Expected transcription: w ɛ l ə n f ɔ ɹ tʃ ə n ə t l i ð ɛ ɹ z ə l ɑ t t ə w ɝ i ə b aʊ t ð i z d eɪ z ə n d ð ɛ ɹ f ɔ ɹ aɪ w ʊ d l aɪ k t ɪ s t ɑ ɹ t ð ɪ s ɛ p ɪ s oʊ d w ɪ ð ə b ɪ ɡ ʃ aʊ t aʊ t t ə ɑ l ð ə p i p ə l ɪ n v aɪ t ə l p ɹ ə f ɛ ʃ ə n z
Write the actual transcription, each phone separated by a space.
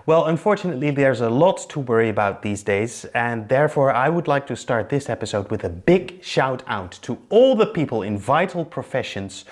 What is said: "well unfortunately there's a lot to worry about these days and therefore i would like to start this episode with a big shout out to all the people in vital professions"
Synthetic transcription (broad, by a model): w ɛ l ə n f ɔ ɹ tʃ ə n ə t l i ð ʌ ɹ z ə l ɑ t t ə w ɝ i ə b aʊ t ð i z d eɪ z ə n ð ɛ ɹ f ɔ ɹ aɪ w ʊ d l aɪ k t ɪ s t ɑ ɹ t ð ɪ s ɛ p ɪ s oʊ d w ɪ ð ə b ɪ ɡ ʃ aʊ t aʊ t t ə ɑ l ð ə p i p ə l ɪ n v aɪ t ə l p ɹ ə f ɛ ʃ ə n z